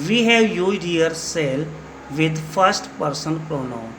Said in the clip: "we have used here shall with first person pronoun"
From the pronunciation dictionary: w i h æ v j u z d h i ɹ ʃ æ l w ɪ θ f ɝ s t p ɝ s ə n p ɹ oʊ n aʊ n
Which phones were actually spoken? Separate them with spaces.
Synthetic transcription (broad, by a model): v i h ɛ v j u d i ɹ s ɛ l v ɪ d f ɝ s t p ɝ s ə n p ɹ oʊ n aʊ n